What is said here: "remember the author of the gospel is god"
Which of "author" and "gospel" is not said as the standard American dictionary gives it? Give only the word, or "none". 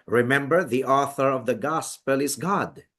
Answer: none